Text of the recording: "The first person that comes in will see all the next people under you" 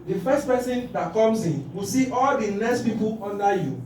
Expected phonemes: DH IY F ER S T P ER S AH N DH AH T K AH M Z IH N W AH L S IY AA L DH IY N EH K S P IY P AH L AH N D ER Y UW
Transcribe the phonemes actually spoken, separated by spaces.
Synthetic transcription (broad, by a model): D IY F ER S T P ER S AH N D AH T K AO M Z IH N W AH S IY AA L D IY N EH S P IY P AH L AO N D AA Y UW